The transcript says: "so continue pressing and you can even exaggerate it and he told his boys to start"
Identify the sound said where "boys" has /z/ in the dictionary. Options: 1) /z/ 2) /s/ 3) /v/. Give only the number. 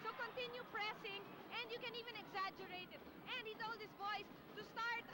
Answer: 2